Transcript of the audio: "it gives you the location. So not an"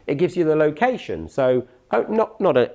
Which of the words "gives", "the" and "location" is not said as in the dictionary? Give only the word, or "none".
none